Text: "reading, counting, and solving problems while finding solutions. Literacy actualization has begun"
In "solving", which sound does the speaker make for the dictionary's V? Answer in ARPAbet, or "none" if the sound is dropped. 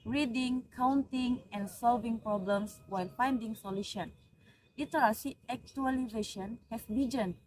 V